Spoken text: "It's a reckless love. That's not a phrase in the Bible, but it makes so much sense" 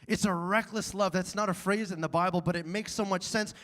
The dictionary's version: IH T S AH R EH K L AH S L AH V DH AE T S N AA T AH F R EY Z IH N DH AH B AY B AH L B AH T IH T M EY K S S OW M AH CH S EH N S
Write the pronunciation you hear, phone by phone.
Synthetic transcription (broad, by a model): IH T S AH R EH K L AH S L AH V DH AE T S N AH T AH F R EY Z IH N DH AH B AY B L B AH T IH T M EY K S S OW M AH CH S EH N S